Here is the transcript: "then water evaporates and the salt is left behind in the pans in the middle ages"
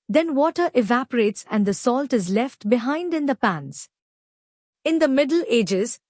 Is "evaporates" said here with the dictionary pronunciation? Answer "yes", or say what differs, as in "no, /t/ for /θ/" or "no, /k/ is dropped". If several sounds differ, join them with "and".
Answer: yes